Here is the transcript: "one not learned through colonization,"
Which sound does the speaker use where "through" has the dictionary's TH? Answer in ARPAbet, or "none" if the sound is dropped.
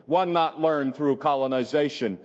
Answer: TH